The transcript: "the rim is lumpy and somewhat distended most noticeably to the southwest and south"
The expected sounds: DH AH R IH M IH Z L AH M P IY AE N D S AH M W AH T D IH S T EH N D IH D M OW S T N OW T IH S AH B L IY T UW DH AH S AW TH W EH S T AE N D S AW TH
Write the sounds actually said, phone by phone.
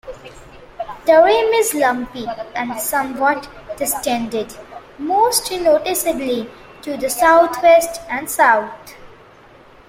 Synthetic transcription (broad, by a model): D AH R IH M IH Z L AH M P IY AE N D S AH M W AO T D IH S T EH N D IH D M OW S T N OW T IH S AH B L IY T UW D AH S AW T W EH S T AE N D S AW T